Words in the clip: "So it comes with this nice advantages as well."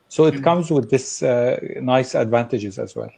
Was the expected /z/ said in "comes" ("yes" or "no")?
yes